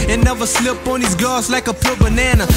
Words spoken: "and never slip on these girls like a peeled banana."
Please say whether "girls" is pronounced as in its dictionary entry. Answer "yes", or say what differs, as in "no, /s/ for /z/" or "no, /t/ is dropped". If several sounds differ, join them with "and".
no, /l/ is dropped